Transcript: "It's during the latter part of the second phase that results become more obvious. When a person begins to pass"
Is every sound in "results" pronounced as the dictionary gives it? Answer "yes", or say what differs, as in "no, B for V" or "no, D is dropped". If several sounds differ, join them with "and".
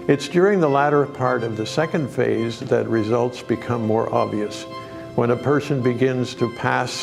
yes